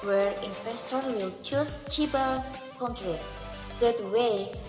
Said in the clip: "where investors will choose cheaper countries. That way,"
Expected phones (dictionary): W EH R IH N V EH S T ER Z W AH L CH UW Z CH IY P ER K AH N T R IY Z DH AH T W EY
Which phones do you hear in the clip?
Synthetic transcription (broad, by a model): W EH R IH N F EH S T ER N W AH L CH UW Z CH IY B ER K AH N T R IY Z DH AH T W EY